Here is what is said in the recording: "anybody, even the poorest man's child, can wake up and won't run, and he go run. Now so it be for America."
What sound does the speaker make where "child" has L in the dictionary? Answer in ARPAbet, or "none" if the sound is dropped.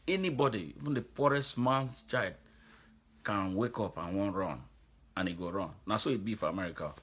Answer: none